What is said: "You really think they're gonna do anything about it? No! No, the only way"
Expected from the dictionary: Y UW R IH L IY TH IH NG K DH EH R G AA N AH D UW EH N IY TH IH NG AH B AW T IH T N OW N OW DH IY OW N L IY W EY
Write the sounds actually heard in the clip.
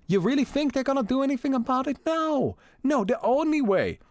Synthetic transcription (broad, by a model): Y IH R IH L IY TH IH NG K DH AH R G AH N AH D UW EH N IY TH IH NG AH B AW T IH T N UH N OW DH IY OW N L IY W EY